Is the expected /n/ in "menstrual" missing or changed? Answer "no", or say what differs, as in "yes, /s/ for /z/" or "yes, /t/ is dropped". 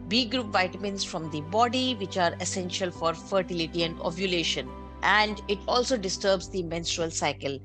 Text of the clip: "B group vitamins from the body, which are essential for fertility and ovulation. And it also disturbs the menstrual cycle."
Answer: no